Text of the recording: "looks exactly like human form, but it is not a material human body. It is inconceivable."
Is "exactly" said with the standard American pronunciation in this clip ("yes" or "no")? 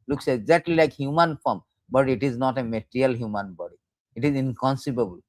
no